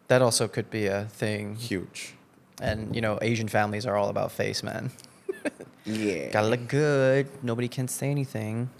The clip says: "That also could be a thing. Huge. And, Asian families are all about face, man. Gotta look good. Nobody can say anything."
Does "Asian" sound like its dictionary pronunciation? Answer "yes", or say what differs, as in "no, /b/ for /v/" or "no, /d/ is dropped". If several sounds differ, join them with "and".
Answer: yes